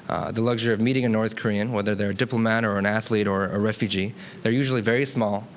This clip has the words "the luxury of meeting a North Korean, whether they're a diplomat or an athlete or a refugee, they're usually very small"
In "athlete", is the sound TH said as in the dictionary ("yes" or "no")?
yes